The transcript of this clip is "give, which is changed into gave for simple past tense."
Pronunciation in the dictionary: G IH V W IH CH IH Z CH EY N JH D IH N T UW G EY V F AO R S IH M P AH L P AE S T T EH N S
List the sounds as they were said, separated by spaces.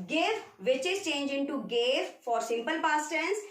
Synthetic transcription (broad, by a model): G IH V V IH CH IH Z CH EY N JH IH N T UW G EY V F AO R S IH M P AH L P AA S T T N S